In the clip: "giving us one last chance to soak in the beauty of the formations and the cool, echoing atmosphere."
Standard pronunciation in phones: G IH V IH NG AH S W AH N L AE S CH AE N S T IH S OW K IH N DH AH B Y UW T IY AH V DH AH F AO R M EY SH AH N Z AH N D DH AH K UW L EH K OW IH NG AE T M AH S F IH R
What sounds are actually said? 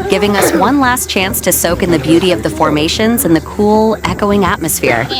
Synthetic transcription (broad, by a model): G IH V IH NG AH S W AH N L AE S CH AE N S T IH S OW K IH N DH AH B Y UW T IY AH V DH AH F AO R M EY SH AH N Z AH N DH AH K UW L EH K OW IH NG AE T M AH S F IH R